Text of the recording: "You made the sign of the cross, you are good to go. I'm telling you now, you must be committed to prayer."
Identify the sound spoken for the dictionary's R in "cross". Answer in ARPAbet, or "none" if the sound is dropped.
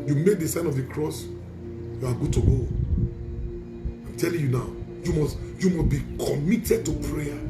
R